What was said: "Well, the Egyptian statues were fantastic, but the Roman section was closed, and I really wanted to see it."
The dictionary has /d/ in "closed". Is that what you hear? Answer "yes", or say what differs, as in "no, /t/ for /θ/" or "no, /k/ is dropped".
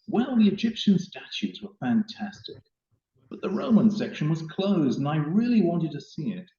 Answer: yes